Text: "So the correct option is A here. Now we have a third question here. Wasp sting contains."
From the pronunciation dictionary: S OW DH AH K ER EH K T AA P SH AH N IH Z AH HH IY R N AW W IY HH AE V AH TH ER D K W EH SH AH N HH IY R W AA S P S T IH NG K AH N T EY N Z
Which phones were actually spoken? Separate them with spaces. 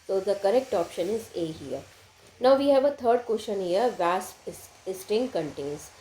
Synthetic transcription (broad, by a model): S OW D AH K ER EH K T AA P SH AH N IH Z AH HH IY R N AW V IY HH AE V AH T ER D K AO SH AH N HH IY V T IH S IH S T IH NG K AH N T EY N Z